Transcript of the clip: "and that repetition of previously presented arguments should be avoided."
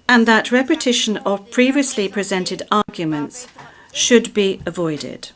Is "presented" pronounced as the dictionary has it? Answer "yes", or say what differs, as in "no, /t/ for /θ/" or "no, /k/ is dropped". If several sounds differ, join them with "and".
yes